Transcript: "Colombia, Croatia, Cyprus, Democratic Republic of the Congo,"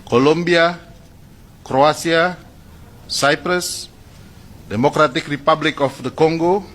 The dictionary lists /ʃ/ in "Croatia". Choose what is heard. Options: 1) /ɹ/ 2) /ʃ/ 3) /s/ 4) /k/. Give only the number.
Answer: 3